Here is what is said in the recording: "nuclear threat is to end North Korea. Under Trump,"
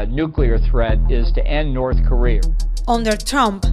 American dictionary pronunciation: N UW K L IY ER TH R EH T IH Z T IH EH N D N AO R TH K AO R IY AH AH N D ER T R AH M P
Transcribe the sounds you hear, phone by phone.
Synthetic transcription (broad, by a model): N UW K L IY ER TH R EH T IH Z T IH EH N N AO R TH K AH R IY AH AH N D ER T R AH M P